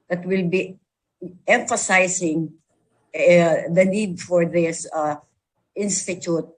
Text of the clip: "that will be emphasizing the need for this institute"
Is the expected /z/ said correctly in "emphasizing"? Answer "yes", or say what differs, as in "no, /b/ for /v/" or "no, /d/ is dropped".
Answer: no, /s/ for /z/